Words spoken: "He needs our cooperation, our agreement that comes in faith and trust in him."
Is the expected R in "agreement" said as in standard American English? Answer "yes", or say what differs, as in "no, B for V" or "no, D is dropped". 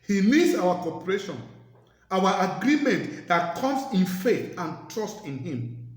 yes